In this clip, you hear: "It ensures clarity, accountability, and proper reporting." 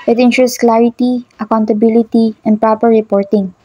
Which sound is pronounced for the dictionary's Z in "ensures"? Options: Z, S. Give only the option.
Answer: S